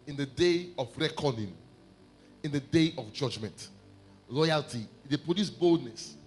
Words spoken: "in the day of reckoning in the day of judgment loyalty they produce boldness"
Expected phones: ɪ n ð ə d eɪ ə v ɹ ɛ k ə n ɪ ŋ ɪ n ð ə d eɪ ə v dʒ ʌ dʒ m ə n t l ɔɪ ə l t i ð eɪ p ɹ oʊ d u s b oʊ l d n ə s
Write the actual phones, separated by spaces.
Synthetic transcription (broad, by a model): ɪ n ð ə d eɪ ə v ɹ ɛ k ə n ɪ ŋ ɪ n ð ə d eɪ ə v dʒ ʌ dʒ m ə n t l ɔɪ ə l t i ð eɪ p oʊ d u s b oʊ l d n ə s